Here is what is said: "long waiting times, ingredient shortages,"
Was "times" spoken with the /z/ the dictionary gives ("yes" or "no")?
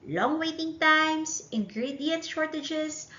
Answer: no